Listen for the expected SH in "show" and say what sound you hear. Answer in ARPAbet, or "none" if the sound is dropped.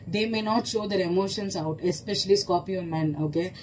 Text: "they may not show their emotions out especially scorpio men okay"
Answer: SH